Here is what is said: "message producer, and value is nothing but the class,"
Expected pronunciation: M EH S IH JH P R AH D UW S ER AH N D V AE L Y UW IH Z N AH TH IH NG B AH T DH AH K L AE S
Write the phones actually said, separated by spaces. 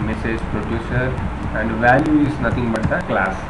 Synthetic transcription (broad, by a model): M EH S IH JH P R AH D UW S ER AH N D V AE L Y UW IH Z N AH T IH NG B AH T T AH K L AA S